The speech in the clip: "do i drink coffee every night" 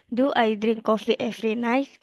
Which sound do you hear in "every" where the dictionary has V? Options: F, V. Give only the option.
F